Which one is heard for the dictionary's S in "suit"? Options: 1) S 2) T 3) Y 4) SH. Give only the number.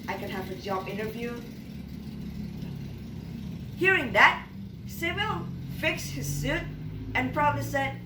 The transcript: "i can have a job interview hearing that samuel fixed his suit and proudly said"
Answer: 1